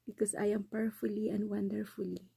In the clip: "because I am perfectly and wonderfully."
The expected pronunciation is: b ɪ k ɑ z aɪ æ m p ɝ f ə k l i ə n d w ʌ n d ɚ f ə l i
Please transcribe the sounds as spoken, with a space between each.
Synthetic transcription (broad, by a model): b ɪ k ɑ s aɪ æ m p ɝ f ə l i ə n d w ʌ n d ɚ f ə l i